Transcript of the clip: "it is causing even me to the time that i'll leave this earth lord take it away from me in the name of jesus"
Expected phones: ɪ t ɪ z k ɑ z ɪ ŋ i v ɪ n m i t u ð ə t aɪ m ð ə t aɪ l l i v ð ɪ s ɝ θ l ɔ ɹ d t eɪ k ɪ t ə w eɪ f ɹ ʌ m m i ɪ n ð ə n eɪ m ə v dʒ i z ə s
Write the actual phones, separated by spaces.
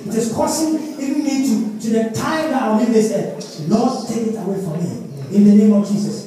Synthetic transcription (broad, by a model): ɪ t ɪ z k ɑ s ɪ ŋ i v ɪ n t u t u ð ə t aɪ m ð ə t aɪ w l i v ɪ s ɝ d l ɔ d t eɪ k ɪ t ə w eɪ f ɹ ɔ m m i ɪ n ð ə n eɪ m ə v dʒ i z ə s